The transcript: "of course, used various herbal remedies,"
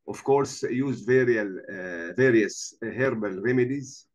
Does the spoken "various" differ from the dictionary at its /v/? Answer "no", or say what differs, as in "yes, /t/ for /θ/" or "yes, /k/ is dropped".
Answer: no